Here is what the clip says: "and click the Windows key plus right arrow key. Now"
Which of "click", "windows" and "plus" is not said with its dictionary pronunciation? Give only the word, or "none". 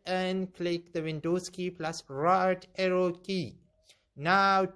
windows